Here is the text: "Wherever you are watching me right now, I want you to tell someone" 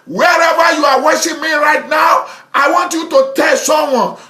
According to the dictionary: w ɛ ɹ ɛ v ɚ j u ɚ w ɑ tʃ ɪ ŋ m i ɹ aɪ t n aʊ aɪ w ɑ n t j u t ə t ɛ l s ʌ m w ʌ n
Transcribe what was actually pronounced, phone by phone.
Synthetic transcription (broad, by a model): w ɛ ɹ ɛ v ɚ j u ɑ w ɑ ʃ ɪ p m i ɹ aɪ t n aʊ aɪ w ɑ n t j u t ə t ɛ l s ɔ m w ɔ n